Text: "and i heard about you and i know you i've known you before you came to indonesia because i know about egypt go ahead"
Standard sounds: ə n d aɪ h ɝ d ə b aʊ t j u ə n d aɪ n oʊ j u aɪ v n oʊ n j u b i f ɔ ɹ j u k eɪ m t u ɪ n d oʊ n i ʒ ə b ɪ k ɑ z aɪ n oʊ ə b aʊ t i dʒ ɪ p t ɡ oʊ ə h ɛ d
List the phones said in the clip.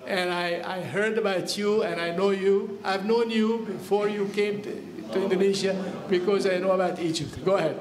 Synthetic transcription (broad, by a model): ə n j aɪ h ɝ d ə b aʊ t j u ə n aɪ n oʊ j u aɪ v n oʊ n j u b i f ɔ ɹ j u k eɪ m t u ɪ n d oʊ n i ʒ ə b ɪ k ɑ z aɪ n oʊ ə b aʊ t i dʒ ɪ t ɡ oʊ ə h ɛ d